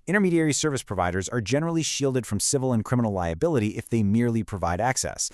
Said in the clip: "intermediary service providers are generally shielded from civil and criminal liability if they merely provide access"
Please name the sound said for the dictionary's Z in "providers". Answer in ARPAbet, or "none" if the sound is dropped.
Z